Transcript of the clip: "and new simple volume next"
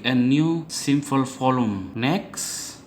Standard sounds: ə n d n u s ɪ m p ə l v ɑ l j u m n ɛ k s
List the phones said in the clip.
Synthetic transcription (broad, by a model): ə n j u s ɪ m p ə l f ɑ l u m n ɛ k s